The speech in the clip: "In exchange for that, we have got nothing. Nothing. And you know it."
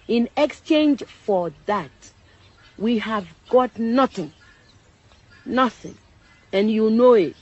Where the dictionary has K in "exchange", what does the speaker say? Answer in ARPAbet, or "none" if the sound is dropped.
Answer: K